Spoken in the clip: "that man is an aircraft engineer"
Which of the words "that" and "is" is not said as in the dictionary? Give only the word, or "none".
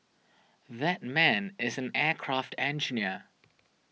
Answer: none